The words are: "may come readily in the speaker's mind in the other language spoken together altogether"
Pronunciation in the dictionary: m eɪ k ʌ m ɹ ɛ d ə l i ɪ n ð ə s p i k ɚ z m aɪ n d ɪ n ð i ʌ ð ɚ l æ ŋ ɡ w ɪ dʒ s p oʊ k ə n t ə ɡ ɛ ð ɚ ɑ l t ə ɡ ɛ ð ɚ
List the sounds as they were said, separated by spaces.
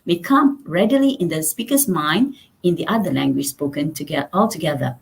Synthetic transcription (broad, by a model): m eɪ k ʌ m ɹ ɛ d ə l i ɪ n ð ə s p i k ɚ s m aɪ n d ɪ n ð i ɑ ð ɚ l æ ŋ ɡ w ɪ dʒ s p oʊ k ə n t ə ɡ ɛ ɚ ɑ l t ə ɡ ɛ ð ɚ